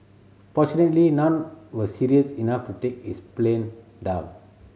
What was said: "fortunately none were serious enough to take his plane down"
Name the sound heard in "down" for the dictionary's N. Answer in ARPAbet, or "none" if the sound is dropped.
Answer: none